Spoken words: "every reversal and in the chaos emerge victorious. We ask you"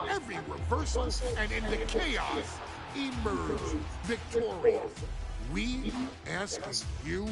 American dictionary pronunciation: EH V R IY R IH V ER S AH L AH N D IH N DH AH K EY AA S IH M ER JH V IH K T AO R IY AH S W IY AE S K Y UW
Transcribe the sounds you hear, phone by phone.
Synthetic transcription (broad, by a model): EH V R IY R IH P ER S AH N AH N IH N DH AH K EY AA S IH M ER JH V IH K T AO R IY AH W IY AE S K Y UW